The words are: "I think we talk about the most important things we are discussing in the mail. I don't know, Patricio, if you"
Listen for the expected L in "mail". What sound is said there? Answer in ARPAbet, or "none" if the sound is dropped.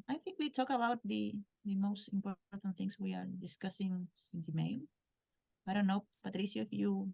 N